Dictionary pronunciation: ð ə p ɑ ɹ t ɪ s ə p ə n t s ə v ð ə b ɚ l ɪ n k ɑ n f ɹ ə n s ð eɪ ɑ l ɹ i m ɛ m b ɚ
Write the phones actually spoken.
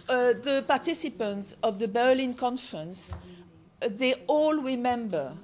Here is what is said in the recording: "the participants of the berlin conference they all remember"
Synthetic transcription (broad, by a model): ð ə p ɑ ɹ t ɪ s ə p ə n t ə v ð ə b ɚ l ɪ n k ɑ n f ɹ ə n s ð eɪ ɑ l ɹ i m ɛ m b ɚ